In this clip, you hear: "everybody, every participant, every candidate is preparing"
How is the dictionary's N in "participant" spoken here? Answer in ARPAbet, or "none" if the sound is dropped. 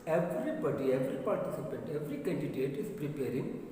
N